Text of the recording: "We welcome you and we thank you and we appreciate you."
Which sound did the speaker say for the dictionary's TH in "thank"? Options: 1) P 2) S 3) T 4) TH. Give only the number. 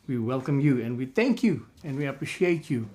4